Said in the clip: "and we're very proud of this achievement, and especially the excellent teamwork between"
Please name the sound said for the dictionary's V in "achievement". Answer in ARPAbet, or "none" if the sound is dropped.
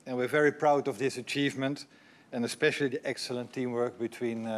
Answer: V